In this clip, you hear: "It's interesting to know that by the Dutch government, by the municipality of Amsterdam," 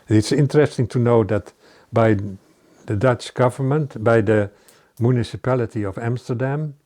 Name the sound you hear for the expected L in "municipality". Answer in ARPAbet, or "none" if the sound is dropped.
L